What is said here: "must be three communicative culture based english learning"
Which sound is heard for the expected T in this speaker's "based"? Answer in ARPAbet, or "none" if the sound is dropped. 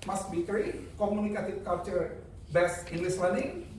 none